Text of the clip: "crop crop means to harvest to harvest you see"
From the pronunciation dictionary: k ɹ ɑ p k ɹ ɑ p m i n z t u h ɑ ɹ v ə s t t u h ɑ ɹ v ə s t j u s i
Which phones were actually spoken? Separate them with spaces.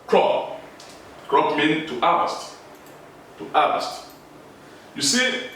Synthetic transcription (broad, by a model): k ɹ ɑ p k ɹ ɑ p m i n t u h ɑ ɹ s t t u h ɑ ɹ s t j u s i